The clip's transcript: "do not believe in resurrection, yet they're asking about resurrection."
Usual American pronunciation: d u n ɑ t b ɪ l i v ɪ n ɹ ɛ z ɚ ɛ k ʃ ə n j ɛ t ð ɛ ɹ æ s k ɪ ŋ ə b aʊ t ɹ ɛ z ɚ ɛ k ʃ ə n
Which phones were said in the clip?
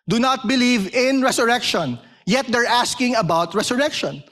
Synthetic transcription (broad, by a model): d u n ɑ t b ɪ l i v ɪ n ɹ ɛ s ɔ ɛ k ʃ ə n j ɛ t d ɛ ɹ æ s k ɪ ŋ ə b aʊ t ɹ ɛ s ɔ ɛ k ʃ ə n